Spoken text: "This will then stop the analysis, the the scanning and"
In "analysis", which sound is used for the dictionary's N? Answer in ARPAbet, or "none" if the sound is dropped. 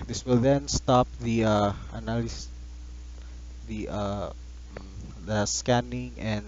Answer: none